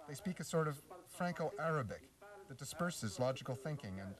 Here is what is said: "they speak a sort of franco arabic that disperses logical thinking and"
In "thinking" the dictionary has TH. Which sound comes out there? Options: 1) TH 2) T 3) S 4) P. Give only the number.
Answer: 1